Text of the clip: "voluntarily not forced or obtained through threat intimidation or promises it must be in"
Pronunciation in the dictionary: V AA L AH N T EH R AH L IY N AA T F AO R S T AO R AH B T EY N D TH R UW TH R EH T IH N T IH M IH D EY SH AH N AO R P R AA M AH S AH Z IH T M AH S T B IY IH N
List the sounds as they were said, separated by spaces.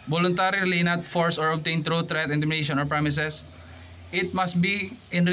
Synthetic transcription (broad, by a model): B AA L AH N T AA R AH L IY N AA T F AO R S AO R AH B T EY N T R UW T R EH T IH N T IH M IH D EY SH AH N AO R P R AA M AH S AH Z IH T M AH S T B IY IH N